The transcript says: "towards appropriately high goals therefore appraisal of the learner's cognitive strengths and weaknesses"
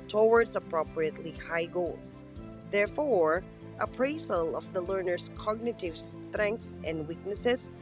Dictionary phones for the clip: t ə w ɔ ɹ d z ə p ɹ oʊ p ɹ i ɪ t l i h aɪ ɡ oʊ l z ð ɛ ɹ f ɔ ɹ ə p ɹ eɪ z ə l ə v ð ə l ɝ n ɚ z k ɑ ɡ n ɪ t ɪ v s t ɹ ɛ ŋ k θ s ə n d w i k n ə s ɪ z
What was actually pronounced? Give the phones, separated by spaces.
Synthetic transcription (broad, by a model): t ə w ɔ ɹ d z ə p ɹ oʊ p ɹ i ɪ t l i h aɪ ɡ oʊ l s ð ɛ ɹ f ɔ ɹ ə p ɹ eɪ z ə l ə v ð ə l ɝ n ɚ s k ɑ ɡ n ɪ t ɪ v s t ɹ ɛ ŋ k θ s ə n d w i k n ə s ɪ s